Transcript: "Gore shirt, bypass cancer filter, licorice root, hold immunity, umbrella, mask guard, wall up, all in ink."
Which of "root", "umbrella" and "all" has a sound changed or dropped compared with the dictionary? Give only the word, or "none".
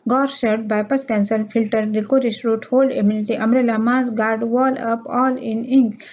umbrella